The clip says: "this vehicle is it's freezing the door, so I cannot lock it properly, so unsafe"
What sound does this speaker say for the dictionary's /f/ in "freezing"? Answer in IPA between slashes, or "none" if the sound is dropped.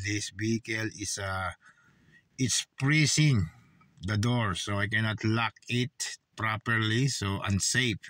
/p/